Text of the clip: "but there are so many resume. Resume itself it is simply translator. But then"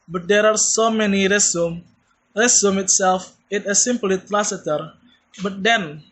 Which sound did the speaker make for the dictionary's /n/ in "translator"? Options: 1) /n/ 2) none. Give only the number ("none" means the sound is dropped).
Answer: 2